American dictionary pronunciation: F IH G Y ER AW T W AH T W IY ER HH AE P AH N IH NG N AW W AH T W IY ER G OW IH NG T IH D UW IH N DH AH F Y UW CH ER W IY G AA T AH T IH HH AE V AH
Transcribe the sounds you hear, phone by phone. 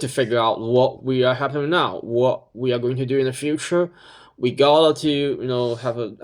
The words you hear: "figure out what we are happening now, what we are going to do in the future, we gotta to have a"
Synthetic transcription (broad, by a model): F IH G Y ER AW T W AH T W IY ER HH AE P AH IH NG N AW W AH T W IY ER G OW IH NG T IH D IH IH N DH AH F Y UW CH ER W IY G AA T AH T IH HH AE V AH